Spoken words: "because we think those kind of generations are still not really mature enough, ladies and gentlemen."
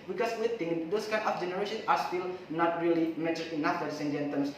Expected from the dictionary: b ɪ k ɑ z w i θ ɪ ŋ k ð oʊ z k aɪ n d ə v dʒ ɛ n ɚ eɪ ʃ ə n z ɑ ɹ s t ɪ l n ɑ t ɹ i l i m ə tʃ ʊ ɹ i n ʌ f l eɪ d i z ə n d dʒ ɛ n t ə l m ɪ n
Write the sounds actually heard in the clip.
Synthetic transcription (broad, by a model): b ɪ k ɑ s w i t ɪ ŋ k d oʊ s k aɪ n ə f dʒ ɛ n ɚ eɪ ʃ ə n s ɑ ɹ s t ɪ l n ɑ t ɹ i l i m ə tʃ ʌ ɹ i n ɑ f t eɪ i s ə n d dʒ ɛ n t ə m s